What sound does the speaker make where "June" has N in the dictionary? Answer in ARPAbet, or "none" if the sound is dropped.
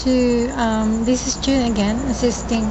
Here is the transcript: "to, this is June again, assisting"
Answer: none